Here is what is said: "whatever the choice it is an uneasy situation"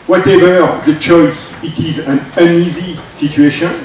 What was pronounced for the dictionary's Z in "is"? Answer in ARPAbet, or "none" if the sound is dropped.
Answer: Z